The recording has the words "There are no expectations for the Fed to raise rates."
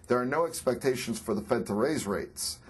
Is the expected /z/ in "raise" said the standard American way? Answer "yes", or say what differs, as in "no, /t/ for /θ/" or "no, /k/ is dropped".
yes